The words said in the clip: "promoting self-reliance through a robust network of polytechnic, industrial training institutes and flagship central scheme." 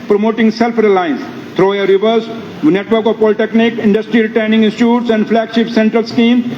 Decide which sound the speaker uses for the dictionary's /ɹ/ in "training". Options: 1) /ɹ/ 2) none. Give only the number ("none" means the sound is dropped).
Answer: 2